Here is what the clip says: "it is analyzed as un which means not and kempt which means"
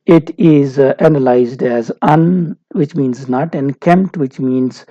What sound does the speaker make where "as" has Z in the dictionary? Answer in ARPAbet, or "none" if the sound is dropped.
Z